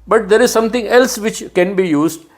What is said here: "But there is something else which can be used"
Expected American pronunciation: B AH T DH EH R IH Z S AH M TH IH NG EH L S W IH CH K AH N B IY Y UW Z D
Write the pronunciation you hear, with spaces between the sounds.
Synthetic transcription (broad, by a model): B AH T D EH R IH Z S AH M T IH NG EH L S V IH CH K AH N B IY Y UW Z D